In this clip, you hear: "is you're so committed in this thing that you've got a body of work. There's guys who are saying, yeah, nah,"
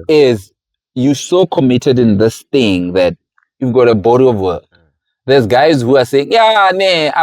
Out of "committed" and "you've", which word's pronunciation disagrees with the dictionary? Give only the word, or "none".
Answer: none